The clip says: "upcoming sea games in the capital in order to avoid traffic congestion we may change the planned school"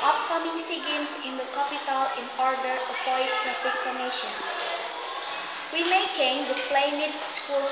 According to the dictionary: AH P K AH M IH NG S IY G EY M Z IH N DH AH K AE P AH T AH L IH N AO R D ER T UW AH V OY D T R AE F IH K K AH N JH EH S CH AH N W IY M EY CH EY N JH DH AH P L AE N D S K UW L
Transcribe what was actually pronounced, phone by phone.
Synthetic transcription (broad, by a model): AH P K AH M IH NG S IY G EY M S IH N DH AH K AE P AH T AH L IH N AO R D ER T UW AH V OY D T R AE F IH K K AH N EH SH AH N W IY M EY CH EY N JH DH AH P L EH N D S K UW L